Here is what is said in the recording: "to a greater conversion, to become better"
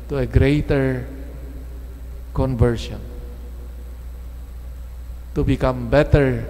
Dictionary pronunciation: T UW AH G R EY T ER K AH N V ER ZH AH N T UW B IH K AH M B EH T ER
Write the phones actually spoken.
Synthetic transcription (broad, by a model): T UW AH G R EY T ER K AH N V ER SH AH N T UW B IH K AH M B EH T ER